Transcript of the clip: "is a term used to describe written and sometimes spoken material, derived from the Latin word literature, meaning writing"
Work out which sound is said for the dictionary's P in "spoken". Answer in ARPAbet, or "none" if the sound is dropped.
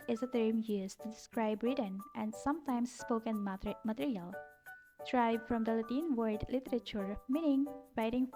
P